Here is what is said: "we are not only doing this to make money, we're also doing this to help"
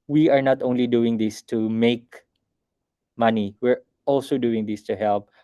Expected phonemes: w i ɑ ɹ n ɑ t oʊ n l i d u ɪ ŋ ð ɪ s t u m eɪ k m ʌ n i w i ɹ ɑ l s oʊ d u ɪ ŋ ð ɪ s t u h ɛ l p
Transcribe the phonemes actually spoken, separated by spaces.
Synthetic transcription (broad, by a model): w i ɑ ɹ n ɑ t oʊ n l i d u ɪ ŋ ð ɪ s t u m eɪ k m ʌ n i w i ɹ ɑ l s oʊ d u ɪ ŋ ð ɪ s t u h ɛ l p